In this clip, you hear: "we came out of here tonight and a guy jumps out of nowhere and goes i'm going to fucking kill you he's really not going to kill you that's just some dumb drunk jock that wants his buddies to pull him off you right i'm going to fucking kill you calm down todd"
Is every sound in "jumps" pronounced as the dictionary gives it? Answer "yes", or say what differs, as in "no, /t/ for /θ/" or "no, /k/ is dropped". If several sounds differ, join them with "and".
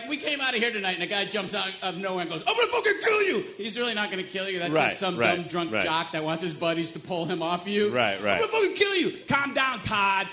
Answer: yes